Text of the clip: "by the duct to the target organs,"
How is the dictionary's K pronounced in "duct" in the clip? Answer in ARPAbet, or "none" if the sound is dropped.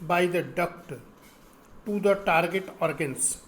K